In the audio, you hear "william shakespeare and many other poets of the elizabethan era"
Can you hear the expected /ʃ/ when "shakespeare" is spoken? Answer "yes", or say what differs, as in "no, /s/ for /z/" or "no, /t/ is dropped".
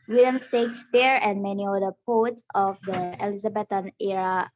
no, /s/ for /ʃ/